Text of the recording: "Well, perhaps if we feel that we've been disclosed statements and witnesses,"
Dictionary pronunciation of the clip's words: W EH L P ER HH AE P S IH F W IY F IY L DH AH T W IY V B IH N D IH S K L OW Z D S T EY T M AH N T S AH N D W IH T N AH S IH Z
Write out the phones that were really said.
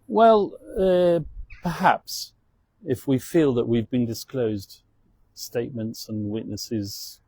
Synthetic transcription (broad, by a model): W EH L P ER HH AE P S IH F W IY F IY L DH AH T W IY V B IH N D IH S K L OW Z D S T EY T M AH N T S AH N W IH T N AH S IH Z